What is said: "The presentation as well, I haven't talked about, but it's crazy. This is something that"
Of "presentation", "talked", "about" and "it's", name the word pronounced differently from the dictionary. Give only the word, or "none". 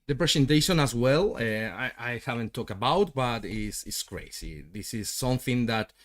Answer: presentation